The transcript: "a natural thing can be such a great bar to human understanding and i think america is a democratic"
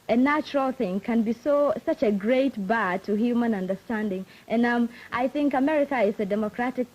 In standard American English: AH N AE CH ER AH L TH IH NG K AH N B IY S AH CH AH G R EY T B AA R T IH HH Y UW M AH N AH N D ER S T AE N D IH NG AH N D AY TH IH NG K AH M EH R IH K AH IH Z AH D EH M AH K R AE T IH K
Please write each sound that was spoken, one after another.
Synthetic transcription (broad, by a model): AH N AE CH ER AH L TH IH NG K AH N B IY S AH CH AH G R EY T B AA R T IH HH Y UW M AH N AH N D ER S T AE N D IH NG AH N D AY TH IH NG K AH M EH R IH K AH IH Z AH D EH M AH K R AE T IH K